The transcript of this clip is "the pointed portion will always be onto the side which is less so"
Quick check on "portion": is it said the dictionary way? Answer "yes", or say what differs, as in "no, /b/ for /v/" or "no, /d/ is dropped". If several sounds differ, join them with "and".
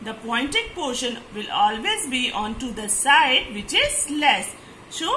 yes